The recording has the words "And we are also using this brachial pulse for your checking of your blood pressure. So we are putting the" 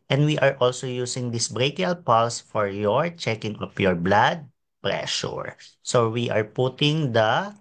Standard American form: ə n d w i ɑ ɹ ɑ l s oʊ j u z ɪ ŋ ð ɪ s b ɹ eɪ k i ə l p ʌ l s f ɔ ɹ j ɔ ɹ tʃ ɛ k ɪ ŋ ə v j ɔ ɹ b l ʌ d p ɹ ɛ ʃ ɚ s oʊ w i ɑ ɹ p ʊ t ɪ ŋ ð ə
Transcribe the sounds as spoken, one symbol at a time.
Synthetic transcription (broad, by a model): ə n d w i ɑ ɹ ɑ l s oʊ j u s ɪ ŋ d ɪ s b ɹ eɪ k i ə l p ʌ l s f ɔ ɹ j ɔ ɹ tʃ ɛ k ɪ ŋ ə p j ɔ ɹ b l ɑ d p ɹ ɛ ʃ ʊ s oʊ w i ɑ ɹ p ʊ t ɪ ŋ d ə